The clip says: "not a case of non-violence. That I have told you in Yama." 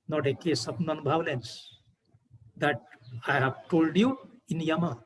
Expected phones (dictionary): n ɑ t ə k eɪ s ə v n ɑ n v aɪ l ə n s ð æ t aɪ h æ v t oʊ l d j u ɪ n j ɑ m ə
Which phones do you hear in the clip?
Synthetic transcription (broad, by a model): n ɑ t ə k eɪ s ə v n ɑ n b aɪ l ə n s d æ t aɪ h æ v t oʊ l d j u ɪ n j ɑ m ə